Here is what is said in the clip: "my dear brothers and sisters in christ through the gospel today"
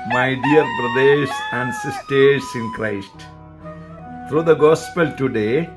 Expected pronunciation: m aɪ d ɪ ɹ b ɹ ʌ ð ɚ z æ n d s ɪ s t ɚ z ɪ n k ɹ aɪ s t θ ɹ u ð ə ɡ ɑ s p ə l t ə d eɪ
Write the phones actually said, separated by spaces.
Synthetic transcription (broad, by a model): m aɪ d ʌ ɹ b ɹ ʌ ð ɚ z æ n d s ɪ s t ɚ s ɪ n k ɹ aɪ s t t ɹ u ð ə ɡ ɑ s p ə l t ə d eɪ